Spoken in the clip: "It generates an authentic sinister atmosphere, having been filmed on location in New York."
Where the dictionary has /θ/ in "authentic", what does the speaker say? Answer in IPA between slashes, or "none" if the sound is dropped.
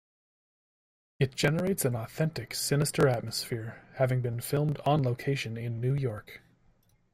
/θ/